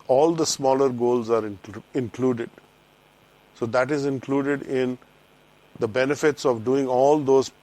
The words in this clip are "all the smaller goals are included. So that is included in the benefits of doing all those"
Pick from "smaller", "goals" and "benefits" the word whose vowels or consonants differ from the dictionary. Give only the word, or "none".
none